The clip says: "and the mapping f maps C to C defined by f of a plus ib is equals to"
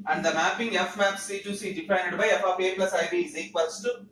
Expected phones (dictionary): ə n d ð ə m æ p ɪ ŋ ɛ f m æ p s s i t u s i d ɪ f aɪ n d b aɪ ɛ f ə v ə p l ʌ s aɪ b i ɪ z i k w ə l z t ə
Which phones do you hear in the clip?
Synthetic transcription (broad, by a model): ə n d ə m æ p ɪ ŋ ɛ f m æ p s s i t u s i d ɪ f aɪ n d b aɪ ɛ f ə f ə b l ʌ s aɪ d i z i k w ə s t